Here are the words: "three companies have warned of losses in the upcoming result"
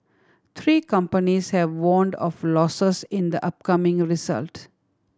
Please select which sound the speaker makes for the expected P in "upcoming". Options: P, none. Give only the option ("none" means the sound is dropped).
P